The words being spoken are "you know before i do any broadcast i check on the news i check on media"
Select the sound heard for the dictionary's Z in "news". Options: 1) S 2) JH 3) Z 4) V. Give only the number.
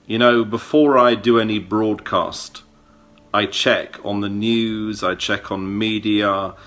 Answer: 3